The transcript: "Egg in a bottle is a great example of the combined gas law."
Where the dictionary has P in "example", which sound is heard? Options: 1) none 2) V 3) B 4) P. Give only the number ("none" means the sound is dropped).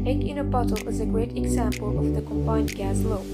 4